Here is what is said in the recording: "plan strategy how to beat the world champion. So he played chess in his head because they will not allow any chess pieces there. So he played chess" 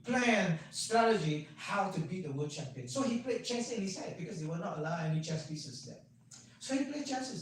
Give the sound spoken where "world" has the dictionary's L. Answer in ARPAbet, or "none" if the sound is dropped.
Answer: none